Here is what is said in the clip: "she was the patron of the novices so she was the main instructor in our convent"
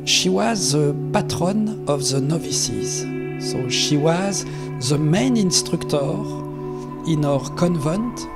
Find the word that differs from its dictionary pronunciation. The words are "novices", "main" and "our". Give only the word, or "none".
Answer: none